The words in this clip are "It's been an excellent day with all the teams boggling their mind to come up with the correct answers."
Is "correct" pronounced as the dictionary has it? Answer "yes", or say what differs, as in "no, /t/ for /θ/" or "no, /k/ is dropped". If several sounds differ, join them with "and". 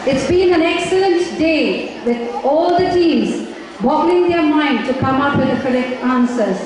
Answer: no, /t/ is dropped